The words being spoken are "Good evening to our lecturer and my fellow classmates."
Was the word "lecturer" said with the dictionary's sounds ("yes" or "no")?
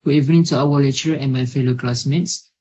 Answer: no